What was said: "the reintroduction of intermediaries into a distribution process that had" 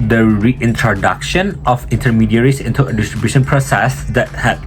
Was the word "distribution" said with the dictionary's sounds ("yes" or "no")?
yes